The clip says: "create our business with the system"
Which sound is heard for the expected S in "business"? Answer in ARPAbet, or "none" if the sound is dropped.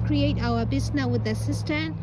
none